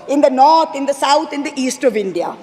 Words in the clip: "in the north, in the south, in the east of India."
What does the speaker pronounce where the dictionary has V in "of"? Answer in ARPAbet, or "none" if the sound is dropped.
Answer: V